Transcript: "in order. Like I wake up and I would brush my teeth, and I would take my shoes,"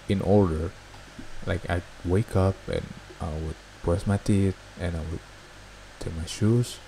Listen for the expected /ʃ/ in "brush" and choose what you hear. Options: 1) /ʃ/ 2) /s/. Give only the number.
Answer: 2